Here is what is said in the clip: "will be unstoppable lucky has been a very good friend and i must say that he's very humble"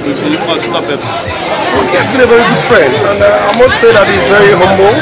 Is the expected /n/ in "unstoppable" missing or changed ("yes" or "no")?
yes